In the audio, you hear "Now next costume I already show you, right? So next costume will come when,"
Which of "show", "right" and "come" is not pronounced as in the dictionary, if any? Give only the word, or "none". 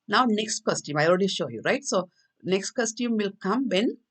none